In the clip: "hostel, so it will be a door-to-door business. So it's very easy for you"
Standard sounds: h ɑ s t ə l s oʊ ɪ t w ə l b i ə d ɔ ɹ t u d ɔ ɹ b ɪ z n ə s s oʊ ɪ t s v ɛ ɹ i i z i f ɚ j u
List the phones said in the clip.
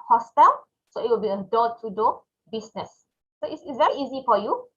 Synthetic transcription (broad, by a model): h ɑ s t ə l s oʊ ɪ t w ə l b i ə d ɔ t u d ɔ b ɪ s n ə s s oʊ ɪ s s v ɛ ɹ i i z i f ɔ j u